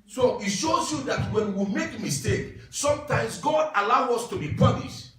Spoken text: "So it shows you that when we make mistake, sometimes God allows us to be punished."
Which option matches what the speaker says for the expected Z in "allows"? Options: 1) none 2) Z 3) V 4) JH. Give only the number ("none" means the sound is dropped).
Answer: 1